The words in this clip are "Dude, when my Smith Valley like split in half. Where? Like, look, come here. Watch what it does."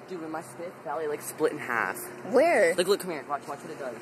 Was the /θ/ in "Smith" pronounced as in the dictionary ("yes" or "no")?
no